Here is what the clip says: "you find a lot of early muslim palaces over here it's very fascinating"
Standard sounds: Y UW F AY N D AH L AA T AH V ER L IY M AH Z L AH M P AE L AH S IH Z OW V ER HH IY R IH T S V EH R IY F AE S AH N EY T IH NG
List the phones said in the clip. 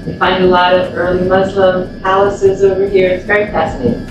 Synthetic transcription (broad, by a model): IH F AY N D AH L AA T AH V ER L IY M AH Z L AH M P AE L AH S IH Z OW V ER HH IY R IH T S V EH R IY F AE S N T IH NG